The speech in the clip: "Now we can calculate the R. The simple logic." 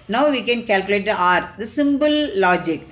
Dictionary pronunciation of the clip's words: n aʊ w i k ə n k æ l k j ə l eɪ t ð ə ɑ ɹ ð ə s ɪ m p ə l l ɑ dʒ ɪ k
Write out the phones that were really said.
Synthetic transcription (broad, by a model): n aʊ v i k ə n k æ l k j ə l eɪ t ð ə ɑ ɹ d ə s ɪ m b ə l l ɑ dʒ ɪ k